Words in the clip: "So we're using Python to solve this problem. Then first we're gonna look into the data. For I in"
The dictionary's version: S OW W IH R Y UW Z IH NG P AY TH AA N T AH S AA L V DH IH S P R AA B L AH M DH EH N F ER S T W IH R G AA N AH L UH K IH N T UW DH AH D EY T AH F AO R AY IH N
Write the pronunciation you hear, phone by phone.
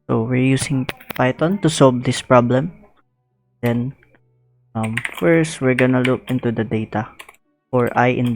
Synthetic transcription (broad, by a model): S OW W IH R Y UW S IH NG P AY T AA N T AH S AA L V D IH S P R AA B L AH M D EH N F ER S T W IH R G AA N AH L UH K IH N T UW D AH D EY T AH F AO R AY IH N